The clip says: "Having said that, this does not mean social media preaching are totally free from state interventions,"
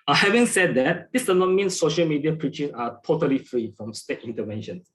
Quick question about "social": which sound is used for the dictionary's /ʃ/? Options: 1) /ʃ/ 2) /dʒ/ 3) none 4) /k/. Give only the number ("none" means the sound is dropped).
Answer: 1